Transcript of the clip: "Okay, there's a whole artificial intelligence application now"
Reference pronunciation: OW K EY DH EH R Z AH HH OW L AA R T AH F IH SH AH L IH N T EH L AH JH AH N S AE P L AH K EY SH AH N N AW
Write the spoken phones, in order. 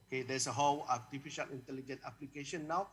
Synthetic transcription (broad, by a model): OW K EY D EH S AH HH OW L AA T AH F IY SH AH L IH N T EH L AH JH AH N AE P L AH K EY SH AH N N AW